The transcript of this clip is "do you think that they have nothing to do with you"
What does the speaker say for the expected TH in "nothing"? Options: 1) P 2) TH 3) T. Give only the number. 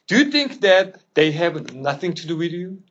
2